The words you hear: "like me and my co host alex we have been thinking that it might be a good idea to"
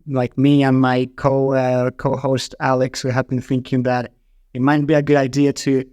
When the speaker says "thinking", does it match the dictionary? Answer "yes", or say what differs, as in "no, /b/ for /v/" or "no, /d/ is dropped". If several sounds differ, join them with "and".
yes